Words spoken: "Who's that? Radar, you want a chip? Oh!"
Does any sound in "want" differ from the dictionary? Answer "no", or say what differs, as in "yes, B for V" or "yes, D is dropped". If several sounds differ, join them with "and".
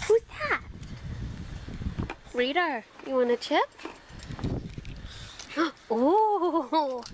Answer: yes, T is dropped